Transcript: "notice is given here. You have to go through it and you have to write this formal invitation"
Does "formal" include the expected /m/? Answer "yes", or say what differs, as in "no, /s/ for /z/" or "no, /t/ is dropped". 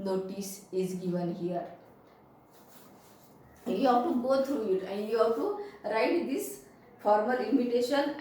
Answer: yes